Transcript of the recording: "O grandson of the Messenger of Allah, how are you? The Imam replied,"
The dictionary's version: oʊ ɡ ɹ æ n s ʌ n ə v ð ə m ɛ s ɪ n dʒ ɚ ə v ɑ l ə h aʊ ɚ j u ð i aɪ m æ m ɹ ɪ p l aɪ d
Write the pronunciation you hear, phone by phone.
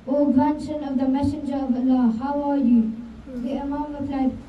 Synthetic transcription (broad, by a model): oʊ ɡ æ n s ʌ n ə v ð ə m ɛ s ɪ n dʒ ɚ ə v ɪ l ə h aʊ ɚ j u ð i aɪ m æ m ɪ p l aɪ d